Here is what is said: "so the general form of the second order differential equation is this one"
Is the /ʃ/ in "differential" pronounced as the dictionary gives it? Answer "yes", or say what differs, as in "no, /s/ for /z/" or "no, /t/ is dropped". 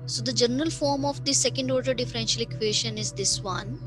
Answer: yes